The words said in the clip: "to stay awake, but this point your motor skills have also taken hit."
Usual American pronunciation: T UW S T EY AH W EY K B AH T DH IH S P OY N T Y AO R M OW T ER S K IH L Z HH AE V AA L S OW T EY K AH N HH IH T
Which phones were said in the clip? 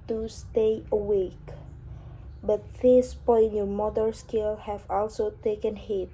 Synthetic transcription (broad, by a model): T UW S T EY AH W EY K B AH T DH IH S P OY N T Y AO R M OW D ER S K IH L HH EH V AA L S OW T EY K AH N HH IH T